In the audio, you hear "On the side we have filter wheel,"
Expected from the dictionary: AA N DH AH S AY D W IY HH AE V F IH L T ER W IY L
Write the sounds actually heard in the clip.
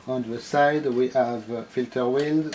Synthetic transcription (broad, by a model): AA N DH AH S AY D W IY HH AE V F IH L T ER W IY L